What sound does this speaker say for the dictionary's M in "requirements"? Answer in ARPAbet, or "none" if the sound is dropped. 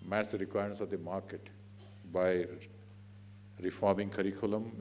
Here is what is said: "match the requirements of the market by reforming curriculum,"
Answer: none